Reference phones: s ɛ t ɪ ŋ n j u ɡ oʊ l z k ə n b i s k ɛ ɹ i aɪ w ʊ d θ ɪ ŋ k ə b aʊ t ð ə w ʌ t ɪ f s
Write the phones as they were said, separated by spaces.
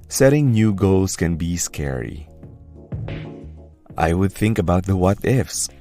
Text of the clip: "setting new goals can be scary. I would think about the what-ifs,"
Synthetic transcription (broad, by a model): s ɛ t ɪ ŋ n j u ɡ oʊ l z k ə n b i s k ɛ ɹ i aɪ w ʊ d θ ɪ ŋ k ə b aʊ t ð ə w ʌ t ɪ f s